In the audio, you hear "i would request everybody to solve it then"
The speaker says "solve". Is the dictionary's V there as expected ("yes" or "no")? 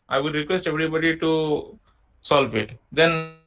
no